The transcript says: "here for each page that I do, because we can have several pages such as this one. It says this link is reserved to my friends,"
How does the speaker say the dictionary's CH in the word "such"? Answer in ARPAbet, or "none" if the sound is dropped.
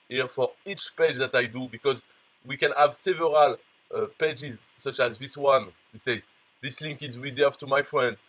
CH